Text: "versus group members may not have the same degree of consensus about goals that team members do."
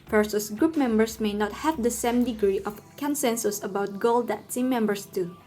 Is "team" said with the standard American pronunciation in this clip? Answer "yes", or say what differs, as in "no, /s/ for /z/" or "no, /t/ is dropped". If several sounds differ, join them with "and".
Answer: no, /s/ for /t/